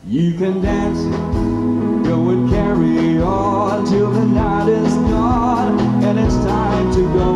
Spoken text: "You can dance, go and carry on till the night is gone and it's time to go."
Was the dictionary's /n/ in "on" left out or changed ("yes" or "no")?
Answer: yes